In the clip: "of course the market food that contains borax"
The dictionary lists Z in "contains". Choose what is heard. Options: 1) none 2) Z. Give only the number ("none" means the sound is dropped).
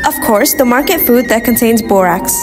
2